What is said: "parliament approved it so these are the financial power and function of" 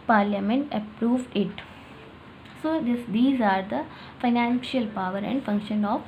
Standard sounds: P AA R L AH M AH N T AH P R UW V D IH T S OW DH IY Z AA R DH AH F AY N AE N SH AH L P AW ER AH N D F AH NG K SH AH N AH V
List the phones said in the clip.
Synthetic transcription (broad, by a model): P AA R L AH M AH N T AH P R UW V D IH T S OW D IY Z AA R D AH F AY N AE N SH AH L P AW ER AH N D F AH NG K SH AH N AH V